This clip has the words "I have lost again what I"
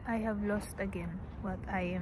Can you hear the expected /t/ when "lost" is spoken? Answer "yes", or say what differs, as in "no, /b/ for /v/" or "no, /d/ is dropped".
yes